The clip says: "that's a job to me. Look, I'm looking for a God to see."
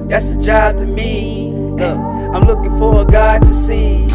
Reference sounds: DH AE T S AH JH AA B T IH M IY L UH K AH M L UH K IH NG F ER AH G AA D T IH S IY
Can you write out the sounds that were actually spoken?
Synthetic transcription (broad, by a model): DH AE T S AH JH AA B T IH M IY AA AH M L UH K IH NG F ER AH G AA D T IH S IY